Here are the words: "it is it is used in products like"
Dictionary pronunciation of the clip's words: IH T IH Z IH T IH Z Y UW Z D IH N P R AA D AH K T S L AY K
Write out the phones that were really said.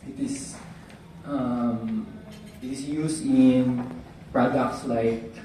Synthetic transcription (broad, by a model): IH T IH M IH T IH S Y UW S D IH N P R AA D AH K T S L AY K